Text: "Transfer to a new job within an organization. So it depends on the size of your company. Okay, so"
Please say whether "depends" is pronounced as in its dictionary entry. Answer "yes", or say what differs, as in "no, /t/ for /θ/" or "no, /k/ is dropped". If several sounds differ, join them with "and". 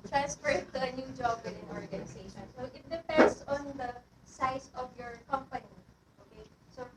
no, /s/ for /z/